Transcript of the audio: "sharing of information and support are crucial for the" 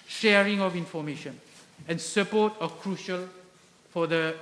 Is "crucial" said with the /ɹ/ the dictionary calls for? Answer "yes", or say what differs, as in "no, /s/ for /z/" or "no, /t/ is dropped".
yes